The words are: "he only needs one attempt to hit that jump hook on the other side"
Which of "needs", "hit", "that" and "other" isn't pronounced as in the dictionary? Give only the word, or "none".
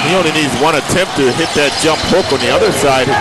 none